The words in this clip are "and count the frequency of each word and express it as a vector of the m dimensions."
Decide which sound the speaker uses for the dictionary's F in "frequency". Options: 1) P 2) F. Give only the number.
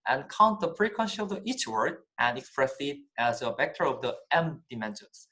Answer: 1